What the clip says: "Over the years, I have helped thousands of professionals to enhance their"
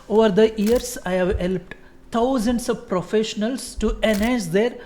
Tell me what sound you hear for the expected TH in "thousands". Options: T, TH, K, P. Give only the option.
T